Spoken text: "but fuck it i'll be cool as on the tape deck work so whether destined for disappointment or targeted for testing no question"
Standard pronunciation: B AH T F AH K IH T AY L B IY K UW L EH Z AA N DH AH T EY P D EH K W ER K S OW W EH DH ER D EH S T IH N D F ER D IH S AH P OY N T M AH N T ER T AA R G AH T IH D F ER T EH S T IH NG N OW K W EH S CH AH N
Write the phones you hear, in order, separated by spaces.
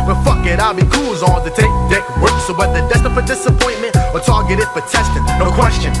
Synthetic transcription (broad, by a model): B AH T F AH K IH T AY L B IY K UW L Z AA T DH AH T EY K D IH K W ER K S OW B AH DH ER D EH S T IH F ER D IH S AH P OY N M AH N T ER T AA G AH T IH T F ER T EH S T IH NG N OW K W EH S CH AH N